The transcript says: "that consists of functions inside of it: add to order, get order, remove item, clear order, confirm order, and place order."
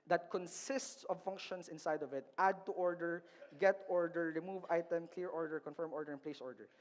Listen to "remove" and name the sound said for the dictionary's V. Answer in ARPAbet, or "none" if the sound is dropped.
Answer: V